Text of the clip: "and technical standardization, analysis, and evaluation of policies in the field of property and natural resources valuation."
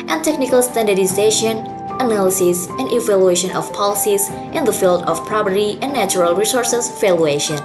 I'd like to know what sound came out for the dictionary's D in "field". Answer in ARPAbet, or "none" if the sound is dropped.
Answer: D